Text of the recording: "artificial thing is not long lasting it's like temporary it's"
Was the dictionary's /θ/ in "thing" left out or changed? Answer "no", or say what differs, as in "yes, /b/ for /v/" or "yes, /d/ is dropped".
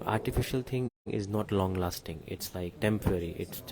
yes, /t/ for /θ/